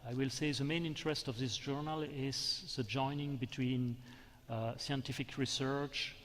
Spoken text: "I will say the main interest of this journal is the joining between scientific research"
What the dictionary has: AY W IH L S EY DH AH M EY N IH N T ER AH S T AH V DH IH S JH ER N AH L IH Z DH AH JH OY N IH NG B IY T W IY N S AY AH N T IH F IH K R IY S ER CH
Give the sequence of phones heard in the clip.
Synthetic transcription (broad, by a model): AY W IH L S EY DH AH M EY N IH N T ER AH S T AH V DH IH S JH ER N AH L IH Z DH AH JH OY N IH NG B IY T W IY N S AY AH N T IH F IH K R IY S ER CH